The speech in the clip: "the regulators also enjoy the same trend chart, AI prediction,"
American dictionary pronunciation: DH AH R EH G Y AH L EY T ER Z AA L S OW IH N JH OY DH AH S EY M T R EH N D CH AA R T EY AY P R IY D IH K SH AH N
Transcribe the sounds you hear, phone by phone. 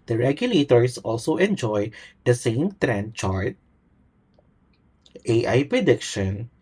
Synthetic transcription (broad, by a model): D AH R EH G Y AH L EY T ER S AA L S OW IH N JH OY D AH S EY M T R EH N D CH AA R T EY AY P R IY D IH K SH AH N